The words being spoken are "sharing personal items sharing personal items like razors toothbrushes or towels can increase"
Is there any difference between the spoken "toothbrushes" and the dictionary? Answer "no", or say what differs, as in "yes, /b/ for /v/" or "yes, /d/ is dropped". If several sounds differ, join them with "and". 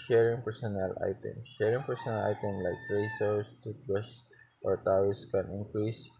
yes, /t/ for /θ/ and /ɹ/ is dropped